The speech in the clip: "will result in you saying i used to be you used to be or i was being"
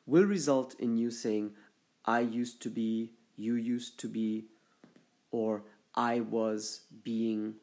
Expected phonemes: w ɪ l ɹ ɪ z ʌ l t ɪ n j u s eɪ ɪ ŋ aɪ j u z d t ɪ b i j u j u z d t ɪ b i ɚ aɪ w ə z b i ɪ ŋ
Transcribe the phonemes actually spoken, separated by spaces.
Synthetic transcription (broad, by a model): w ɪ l ɹ ɪ z ʌ l t ɪ n j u s eɪ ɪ ŋ aɪ j u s t ɪ b i j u j u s t ɪ b i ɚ aɪ w ə z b i ɪ ŋ